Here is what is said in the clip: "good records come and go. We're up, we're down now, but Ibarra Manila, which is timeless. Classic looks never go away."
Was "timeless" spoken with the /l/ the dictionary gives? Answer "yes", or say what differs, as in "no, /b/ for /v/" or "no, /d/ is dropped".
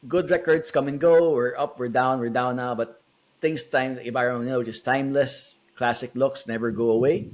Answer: yes